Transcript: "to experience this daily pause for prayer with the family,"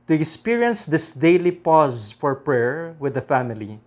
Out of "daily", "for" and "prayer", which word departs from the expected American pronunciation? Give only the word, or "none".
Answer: none